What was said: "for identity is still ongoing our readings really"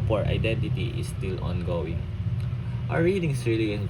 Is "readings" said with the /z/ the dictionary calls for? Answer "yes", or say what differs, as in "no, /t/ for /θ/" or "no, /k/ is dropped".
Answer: no, /s/ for /z/